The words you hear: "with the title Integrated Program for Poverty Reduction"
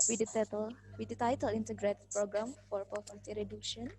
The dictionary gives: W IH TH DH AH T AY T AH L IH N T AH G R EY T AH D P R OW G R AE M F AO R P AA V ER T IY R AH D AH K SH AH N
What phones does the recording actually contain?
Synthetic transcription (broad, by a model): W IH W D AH T AY T AH L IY N T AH G R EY T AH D P R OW G R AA M F AO R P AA F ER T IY R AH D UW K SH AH N